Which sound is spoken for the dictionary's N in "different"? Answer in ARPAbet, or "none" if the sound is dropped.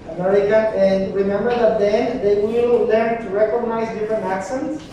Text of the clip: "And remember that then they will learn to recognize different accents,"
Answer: N